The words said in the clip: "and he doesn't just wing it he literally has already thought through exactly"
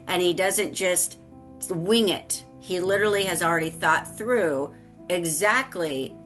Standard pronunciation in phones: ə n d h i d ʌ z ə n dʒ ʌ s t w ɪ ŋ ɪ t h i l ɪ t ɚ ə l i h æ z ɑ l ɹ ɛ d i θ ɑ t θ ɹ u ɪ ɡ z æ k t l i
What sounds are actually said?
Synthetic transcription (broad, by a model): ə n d i d ʌ z ə n dʒ ʌ s t w ɪ ŋ ɪ t h i l ɪ t ɚ l i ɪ z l ɹ ɛ d i θ ɑ t θ ɹ u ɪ ɡ z æ k t l i